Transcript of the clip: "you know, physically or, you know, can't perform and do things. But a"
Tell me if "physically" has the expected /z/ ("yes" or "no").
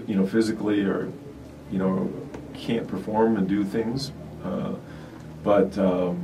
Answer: yes